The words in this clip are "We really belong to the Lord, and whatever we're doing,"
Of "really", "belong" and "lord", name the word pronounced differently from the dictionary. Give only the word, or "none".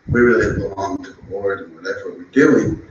lord